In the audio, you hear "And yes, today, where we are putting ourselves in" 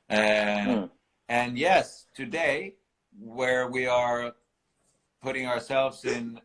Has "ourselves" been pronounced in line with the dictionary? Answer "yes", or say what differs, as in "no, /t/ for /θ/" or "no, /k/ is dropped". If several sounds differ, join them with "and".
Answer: yes